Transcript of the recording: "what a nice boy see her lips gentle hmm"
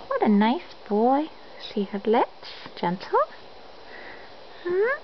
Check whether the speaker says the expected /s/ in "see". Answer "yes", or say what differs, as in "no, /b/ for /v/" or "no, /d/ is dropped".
no, /ʃ/ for /s/